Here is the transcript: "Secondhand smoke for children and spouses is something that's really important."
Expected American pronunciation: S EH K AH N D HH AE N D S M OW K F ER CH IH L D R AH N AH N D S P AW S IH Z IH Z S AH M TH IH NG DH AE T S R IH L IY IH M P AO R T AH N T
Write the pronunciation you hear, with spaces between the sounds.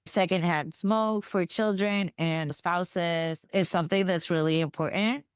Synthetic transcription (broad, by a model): S EH K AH N D HH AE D S M OW K F ER CH IH L D R AH N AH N S P AW S IH Z IH Z S AH M TH IH NG DH AE T S R IH L IY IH M P AO R T N T